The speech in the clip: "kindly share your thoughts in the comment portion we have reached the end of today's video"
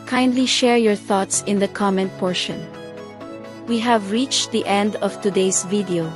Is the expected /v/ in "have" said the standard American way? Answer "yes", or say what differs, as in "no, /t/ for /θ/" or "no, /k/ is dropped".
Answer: yes